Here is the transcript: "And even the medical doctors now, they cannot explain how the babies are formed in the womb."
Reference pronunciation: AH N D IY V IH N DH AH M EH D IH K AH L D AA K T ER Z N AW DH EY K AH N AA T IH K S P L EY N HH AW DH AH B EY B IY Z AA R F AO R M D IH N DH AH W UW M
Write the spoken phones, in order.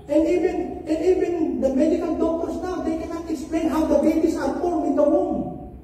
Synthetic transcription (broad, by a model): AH N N IY V IH N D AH M EH D IH K AH L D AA K T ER S N AW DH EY K AH N AA T IH K S P L EY N HH AW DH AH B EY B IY S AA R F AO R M IH N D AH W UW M